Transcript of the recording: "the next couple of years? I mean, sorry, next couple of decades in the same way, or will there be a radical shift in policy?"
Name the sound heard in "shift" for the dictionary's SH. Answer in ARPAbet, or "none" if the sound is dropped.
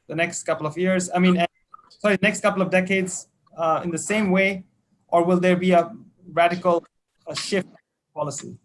SH